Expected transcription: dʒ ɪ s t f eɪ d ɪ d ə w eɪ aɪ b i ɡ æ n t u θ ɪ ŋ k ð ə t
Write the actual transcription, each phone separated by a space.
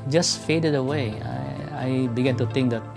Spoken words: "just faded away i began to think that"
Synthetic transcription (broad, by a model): dʒ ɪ s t f eɪ d ɪ d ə w eɪ aɪ b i ɡ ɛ n t u t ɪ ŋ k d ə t